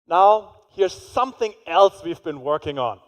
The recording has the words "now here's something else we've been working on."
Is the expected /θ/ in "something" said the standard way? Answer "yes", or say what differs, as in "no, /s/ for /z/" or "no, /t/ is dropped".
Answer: yes